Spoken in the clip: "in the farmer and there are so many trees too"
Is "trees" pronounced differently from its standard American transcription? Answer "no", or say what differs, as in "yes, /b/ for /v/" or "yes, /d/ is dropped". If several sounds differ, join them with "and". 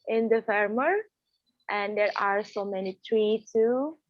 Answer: yes, /z/ is dropped